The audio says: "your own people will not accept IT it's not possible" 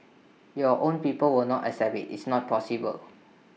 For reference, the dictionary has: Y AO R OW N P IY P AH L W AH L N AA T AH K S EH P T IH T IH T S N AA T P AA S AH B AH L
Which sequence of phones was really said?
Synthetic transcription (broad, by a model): Y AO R OW N P IY P AH L W AH L N AA T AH S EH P IH T IH T S N AA T P AA S AH B AH L